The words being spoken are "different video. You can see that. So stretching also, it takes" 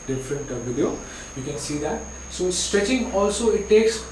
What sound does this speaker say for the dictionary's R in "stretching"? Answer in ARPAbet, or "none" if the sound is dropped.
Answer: R